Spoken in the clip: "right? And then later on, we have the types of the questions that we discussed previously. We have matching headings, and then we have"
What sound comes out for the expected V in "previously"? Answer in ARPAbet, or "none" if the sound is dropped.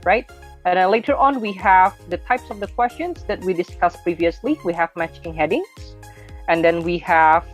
V